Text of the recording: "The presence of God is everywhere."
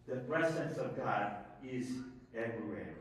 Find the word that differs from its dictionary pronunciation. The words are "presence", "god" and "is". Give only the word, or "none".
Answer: none